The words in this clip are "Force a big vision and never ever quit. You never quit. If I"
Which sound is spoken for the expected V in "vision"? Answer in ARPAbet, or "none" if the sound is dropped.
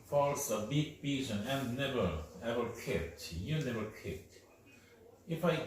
B